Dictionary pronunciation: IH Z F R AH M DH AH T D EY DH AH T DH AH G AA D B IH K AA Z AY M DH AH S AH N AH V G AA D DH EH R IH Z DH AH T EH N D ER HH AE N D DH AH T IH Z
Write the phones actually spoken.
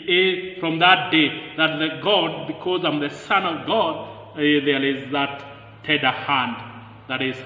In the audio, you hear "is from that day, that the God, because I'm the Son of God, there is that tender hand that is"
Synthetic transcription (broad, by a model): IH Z F R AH M DH AH T D EY DH AH T DH AH G AA D B IH K AA Z AY M DH AH S AH N AH V G AA D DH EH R IH Z DH AH T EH D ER HH AE N D DH AH T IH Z